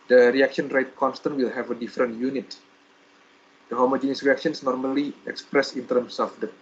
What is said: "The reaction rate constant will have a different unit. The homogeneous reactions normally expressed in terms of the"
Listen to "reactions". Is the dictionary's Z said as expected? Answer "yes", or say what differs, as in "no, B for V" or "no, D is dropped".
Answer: no, S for Z